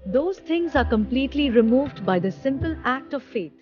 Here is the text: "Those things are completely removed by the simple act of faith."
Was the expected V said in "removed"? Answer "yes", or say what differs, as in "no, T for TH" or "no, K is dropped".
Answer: yes